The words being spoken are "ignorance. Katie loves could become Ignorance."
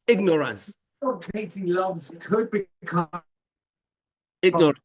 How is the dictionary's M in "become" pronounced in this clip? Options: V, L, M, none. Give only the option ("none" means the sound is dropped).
none